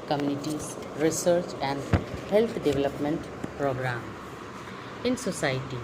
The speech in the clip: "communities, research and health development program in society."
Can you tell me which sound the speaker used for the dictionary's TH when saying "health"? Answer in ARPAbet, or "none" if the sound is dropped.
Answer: T